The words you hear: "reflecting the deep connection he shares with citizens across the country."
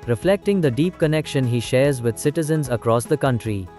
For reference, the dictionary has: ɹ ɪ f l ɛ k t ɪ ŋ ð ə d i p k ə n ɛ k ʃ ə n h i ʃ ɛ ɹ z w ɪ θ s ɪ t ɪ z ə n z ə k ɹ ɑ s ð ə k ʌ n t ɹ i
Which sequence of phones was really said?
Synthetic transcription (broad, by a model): ɹ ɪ f l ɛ k t ɪ ŋ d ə d i p k ə n ɛ k ʃ ə n h i ʃ ɛ ɹ z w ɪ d s ɪ t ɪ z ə n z ə k ɹ ɑ s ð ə k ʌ n t ɹ i